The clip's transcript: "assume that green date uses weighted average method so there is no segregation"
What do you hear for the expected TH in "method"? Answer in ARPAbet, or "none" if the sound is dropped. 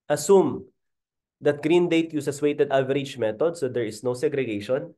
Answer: T